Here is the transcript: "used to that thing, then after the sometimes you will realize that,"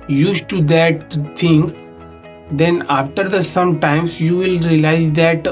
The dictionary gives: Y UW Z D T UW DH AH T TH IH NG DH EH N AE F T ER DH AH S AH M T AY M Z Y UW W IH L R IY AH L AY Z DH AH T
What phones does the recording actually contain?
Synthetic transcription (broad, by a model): Y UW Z T UW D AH T T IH NG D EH N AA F T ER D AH S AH M T AY M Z Y UW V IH L R IY AH L AY Z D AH T